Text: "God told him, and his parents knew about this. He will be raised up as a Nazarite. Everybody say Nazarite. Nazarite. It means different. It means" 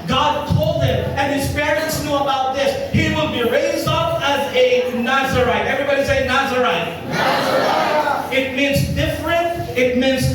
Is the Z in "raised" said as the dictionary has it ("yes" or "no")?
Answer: yes